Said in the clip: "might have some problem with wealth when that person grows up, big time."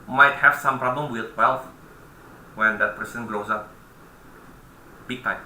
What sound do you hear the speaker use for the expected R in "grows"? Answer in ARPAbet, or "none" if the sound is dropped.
L